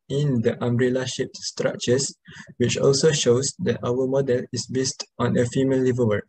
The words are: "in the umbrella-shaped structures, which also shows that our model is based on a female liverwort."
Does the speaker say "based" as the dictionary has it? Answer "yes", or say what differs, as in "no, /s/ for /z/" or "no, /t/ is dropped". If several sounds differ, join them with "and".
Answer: yes